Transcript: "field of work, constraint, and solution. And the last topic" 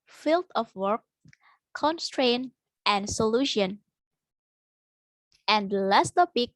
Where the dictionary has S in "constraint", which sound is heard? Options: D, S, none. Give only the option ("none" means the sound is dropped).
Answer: S